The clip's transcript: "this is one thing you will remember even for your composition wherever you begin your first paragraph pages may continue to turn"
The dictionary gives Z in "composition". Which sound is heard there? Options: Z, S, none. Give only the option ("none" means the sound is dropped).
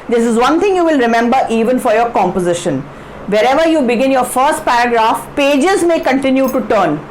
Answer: Z